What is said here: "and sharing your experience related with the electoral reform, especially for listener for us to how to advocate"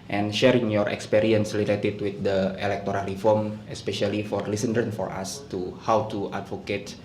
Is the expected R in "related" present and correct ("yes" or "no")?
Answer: no